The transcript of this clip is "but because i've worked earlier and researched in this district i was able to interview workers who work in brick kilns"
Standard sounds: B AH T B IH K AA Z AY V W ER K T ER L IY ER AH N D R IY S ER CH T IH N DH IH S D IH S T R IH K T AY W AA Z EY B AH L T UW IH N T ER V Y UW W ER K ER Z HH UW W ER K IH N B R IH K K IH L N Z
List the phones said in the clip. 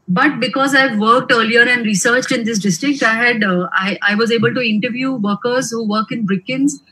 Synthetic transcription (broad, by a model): B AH T B IH K AA Z AY V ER K T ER L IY ER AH N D R IY S ER CH T IH N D IH S D IH S T R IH K T AY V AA Z EY B AH L T UW IH N T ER V Y UW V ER K ER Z HH UW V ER K IH N B R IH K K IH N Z